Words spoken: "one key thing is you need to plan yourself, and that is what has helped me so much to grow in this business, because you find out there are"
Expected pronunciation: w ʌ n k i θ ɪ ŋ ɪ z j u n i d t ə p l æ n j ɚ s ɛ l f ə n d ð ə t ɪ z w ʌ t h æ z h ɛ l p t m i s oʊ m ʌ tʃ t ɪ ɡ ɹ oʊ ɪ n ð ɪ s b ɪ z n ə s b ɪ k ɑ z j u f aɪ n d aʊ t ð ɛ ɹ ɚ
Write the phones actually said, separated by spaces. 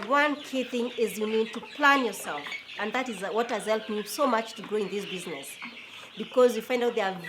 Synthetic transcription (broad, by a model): w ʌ n k i θ ɪ ŋ ɪ z j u n i d t ə p l æ n j ɚ s ɛ l f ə n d ð ə t ɪ z w ʌ t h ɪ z h ɛ l p t m i s oʊ m ʌ tʃ t ɪ ɡ ɹ oʊ ɪ n ð ɪ s b ɪ z n ə s b ɪ k ɑ z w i f aɪ n d aʊ t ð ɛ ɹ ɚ